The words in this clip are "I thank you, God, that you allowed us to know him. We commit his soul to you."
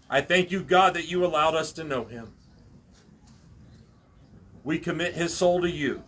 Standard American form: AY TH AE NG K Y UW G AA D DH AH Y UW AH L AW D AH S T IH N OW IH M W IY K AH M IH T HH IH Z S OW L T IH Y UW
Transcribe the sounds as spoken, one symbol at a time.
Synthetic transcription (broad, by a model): AY TH AE NG K Y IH G AA D DH AH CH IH AH L AW D AH S T IH N OW IH M W IY K AH M IH T HH IH Z S OW L T IH Y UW